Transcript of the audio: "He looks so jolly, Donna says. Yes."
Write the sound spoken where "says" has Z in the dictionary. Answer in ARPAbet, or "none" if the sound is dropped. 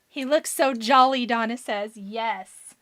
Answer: Z